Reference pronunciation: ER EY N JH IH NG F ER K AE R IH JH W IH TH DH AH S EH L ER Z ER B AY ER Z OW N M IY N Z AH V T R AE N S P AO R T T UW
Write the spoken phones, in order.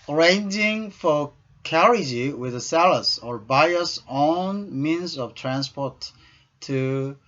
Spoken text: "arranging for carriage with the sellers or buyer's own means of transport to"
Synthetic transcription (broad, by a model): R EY N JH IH NG F ER K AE R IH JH W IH DH AH S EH L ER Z ER B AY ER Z OW N M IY N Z AH V T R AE N S P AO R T T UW